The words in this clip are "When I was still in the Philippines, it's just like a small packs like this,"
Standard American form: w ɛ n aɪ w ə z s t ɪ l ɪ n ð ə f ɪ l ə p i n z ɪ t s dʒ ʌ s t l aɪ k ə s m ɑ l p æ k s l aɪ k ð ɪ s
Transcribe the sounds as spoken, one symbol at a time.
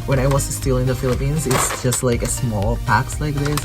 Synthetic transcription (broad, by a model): w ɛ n aɪ w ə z s t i l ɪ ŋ ð ə f ɪ l ə p i n z ɪ t s dʒ ʌ s t l aɪ k ə s m ɑ l p æ k s l aɪ k ð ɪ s